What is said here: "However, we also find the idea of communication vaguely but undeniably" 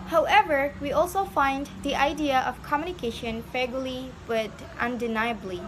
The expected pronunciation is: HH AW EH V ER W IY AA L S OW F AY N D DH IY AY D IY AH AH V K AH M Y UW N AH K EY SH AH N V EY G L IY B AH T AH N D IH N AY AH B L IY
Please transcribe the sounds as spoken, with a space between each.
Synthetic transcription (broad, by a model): HH AW EH V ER W IY AA L S OW F AY N D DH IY AY D IY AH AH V K AH M Y UW N AH K EY SH AH N F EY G L IY B AH T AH N D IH N AY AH B L IY